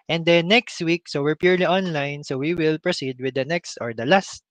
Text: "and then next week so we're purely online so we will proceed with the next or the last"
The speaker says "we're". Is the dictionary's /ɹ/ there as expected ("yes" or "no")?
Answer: yes